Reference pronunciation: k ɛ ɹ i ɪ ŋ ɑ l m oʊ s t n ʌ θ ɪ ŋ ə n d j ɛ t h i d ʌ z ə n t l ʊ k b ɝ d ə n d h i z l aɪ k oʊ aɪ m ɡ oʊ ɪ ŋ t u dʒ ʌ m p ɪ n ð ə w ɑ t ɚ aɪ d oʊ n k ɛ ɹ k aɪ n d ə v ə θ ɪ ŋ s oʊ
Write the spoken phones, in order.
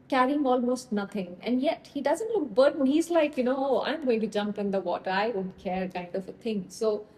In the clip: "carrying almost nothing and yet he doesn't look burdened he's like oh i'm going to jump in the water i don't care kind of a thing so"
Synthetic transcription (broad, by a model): k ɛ ɹ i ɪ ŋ ɑ l m oʊ s t n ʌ t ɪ ŋ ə n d j ɛ t h i d ʌ z ə n t l ʊ k b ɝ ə d h i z l aɪ k oʊ aɪ m ɡ oʊ ɪ ŋ t u dʒ ʌ m p ɪ n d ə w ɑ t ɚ aɪ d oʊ n k ɛ ɹ k aɪ n d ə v ə t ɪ ŋ s oʊ